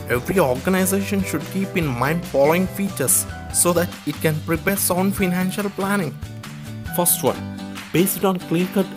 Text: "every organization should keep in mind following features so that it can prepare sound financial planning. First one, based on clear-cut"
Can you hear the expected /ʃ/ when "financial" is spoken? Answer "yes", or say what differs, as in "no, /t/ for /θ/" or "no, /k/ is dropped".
yes